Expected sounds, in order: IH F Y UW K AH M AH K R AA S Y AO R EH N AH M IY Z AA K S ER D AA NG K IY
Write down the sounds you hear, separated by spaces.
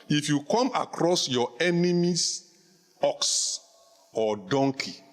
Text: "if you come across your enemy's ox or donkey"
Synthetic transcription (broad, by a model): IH F Y UW K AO M AH K R AA S Y AO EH N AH M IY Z AA K S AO D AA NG K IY